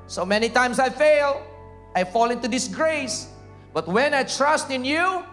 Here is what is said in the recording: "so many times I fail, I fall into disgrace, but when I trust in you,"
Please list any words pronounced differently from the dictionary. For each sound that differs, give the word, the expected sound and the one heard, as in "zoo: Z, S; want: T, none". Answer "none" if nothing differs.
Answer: times: Z, S